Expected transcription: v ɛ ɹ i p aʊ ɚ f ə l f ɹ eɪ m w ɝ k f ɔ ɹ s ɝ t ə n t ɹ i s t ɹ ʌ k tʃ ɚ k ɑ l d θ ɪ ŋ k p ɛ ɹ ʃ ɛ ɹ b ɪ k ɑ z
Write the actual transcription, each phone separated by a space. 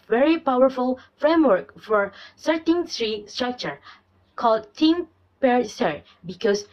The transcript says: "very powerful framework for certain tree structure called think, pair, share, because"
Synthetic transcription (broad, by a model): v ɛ ɹ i p aʊ ɚ f ə l f ɹ eɪ m w ɝ k f ɔ ɹ s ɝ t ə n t ɹ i s t ɹ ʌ k tʃ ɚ k ɑ l d t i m p ɛ ɹ s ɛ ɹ b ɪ k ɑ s